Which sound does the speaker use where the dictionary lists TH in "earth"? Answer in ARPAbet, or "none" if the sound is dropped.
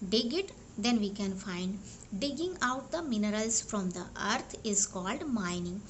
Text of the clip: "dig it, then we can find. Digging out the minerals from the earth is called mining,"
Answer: T